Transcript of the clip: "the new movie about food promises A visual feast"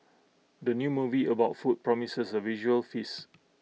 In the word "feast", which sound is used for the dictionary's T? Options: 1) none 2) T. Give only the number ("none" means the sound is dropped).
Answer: 1